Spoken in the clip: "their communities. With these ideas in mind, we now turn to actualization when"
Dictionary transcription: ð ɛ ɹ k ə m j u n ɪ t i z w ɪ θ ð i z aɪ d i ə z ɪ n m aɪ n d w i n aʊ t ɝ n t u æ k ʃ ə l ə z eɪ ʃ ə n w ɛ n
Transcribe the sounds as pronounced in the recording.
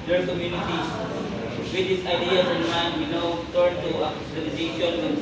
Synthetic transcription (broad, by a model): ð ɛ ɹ k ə m j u n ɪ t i w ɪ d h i s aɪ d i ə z ɪ n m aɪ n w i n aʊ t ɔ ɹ t u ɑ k ə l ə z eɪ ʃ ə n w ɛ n